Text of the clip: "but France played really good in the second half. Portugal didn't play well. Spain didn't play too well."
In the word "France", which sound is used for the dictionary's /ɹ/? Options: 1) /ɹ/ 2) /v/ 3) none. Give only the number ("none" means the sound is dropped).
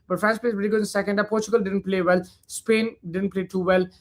3